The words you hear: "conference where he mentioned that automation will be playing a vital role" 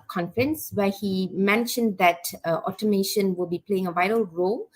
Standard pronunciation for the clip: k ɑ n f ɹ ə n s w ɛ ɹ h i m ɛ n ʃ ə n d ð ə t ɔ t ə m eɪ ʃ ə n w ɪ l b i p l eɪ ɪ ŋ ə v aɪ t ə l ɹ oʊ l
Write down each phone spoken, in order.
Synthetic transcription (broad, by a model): k ɑ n f ɹ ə n s w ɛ h i m ɛ n ʃ ə n d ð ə t ɔ t ə m eɪ ʃ ə n w ɪ l b i p l eɪ ɪ ŋ ə v aɪ t ə l ɹ oʊ l